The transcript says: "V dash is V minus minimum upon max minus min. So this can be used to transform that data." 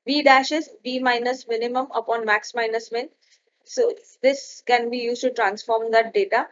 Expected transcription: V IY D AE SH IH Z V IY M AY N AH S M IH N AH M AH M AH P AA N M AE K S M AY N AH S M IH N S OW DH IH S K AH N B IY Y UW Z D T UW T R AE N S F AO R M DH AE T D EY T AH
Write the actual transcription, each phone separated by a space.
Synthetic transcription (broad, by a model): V IY D AE SH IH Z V IY M AY N AH S M IH N AH M AH M AH P AA N M AE K S M AY N AH S M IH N S OW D IH S K AH N B IY Y UW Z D T UW T R AE N S F AO R M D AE T D EY T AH